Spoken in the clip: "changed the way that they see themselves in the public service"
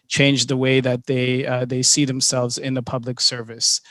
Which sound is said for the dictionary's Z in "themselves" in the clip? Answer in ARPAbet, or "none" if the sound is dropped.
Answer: Z